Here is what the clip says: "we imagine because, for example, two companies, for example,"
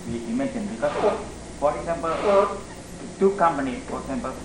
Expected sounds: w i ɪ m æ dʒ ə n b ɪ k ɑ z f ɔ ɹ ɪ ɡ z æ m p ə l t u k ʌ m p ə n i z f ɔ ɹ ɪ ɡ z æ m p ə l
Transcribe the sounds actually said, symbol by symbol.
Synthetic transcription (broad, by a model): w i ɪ m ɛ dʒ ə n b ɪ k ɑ s f ɔ ɹ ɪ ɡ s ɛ m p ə l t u k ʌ m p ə n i f ɔ ɹ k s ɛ m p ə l